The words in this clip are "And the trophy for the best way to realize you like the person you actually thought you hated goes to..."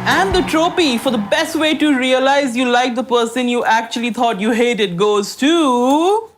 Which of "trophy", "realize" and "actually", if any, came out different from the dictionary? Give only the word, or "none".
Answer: trophy